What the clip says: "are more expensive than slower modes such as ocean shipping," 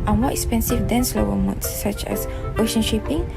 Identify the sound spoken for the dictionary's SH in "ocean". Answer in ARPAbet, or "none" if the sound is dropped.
SH